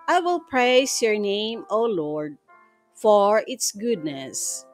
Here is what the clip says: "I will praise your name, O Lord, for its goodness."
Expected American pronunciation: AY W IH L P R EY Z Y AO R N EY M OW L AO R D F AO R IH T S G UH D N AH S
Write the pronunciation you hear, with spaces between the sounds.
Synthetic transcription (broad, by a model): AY W IH L P R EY S Y AO R N EY M OW L AO R D F AO R IH T S G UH D N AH S